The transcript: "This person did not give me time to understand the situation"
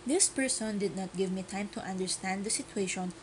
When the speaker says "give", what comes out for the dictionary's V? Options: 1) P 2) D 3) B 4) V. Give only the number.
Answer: 4